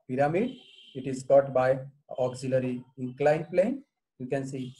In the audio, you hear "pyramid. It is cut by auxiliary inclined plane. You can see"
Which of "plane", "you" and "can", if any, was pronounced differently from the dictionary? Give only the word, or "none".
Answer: none